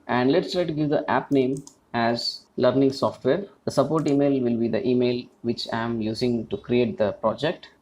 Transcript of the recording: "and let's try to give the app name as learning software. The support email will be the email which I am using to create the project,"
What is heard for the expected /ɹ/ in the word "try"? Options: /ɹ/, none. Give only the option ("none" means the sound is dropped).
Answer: /ɹ/